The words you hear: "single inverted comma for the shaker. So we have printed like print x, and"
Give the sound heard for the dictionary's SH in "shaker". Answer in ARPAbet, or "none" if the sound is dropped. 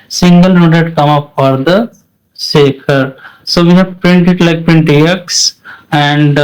S